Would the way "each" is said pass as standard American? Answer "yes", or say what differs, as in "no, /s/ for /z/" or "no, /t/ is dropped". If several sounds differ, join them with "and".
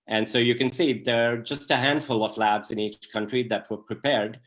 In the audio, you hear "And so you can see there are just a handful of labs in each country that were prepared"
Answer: yes